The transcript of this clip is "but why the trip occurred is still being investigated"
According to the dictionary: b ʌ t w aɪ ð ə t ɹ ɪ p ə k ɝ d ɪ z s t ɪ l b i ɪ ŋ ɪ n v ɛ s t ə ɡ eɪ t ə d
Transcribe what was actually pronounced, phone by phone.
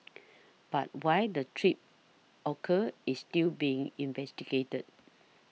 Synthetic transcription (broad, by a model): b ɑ t w aɪ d ə t ɹ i p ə k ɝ ɪ s t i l b i ɪ ŋ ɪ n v ɛ s t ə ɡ eɪ t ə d